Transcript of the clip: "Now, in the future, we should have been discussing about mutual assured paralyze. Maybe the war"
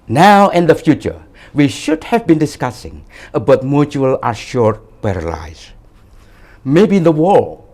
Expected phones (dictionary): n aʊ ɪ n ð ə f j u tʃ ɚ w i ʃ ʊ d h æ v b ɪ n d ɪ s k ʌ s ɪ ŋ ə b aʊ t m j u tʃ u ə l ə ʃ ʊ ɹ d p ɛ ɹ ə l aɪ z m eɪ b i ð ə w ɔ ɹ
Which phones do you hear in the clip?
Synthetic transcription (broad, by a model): n aʊ ɪ n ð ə f j u tʃ ɚ w i ʃ ʊ d h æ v b ɪ n d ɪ s k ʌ s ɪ ŋ ə b aʊ t m j u tʃ u ə l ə ʃ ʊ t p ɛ ɹ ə l aɪ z m eɪ b i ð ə w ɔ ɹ